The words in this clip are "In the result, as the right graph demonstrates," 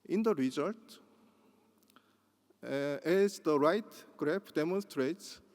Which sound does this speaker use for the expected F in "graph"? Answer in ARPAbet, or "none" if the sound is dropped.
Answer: P